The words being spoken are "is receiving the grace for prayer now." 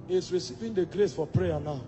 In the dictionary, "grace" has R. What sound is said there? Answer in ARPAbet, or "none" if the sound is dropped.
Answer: R